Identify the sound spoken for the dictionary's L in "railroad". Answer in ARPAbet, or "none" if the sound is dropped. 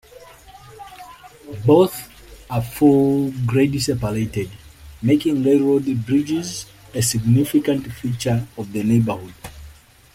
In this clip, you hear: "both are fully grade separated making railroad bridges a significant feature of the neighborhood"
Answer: none